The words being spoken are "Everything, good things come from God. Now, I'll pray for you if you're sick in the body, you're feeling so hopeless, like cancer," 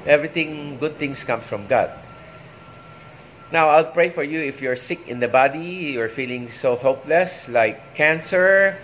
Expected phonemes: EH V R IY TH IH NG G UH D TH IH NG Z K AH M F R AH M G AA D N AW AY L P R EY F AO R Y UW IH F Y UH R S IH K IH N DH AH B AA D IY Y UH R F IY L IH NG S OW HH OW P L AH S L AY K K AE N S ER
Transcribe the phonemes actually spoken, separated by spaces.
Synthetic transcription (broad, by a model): EH V R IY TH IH NG G UH D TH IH NG S K AH M F R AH M G AA D N AW AY L P R EY F AO R Y UW IH F Y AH R S IH K IH N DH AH B AA D IY Y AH R F IY L IH NG S OW HH OW P L AH S L AY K K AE N S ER